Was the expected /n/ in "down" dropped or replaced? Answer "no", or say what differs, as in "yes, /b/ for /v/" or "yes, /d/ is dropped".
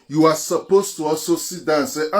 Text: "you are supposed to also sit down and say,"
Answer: yes, /n/ is dropped